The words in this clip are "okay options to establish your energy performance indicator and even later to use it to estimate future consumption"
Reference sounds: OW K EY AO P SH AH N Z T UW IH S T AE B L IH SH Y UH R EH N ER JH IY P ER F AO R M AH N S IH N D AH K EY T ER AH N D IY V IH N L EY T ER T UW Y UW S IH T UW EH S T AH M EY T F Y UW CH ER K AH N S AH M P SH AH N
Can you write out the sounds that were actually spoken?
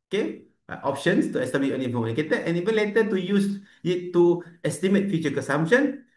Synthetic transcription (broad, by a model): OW K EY AO P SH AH N S T UW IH S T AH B IH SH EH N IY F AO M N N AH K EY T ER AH N IY V IH N L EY T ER T UW Y UW S IH T UW EH S T AH M EY T F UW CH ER K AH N S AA M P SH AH N